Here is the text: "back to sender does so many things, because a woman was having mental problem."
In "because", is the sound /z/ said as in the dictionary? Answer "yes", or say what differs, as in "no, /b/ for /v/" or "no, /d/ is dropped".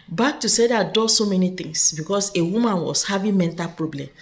no, /s/ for /z/